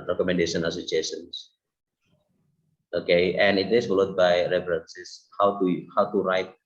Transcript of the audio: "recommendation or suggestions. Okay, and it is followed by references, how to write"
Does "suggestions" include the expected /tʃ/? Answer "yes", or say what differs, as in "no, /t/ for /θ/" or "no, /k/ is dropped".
no, /tʃ/ is dropped